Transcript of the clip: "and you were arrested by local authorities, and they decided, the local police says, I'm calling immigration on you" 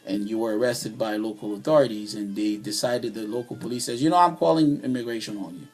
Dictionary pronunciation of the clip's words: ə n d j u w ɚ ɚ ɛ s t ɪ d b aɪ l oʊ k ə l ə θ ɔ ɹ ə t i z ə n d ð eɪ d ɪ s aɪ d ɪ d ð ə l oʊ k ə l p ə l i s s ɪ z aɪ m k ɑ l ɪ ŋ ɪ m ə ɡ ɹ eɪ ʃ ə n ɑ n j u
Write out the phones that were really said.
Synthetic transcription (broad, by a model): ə n j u w ɚ ɚ ɛ s t ɪ d b aɪ l oʊ k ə l ə θ ɔ ɹ ə t i z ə n ð eɪ d ɪ s aɪ d ɪ d ð ə l oʊ k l p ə l i s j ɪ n aɪ m k ɑ l ɪ ŋ ɪ m ə ɡ ɹ eɪ ʃ ə n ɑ n j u